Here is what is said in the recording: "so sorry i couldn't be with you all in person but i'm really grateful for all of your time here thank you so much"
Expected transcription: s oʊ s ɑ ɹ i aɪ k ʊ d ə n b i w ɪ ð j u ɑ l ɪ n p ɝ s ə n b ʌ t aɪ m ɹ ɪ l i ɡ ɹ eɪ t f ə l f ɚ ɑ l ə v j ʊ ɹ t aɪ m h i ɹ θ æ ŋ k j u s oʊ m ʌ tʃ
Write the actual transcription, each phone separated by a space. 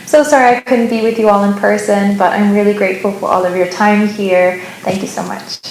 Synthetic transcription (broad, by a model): s oʊ s ɑ ɹ i aɪ k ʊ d n b i w ɪ ð j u ɑ l ɪ n p ɝ s ə n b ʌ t aɪ m ɹ ɪ l i ɡ ɹ eɪ t f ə l f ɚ ɑ l ə v j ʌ ɹ t aɪ m h i ɹ θ æ ŋ k j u s oʊ m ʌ tʃ